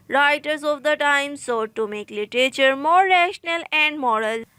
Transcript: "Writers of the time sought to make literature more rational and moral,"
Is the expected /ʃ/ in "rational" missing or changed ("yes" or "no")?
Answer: no